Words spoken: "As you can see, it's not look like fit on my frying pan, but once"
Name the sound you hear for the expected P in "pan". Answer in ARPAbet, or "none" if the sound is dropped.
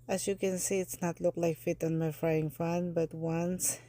F